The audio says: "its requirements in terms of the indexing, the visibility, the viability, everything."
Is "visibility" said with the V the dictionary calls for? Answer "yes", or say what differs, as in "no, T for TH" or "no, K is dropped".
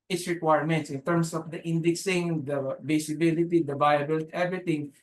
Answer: no, B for V